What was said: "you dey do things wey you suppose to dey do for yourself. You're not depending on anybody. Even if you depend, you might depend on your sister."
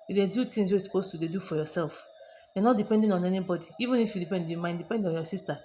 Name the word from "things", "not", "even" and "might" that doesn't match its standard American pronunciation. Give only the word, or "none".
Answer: things